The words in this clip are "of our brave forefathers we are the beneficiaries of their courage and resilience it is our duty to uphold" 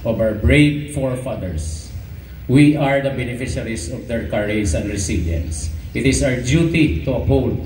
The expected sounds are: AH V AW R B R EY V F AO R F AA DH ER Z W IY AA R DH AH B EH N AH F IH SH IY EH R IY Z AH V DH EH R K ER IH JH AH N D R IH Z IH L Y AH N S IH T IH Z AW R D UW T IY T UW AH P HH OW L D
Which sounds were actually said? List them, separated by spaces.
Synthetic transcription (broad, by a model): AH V AW R B R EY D F AO R F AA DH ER S W IY AA R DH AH B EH N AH F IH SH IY R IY S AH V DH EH R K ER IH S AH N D R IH S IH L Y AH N S IH T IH S AW R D UW T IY T UW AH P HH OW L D